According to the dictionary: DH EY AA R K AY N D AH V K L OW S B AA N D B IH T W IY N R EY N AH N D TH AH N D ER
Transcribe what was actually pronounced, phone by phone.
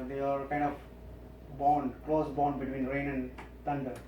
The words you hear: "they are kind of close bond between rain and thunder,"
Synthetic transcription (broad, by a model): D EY AA R K AY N D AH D K L OW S B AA N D B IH T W IY N R EY N AH N D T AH N D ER